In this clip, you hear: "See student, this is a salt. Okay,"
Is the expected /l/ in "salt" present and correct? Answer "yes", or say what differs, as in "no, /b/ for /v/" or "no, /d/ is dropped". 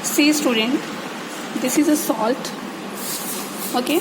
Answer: yes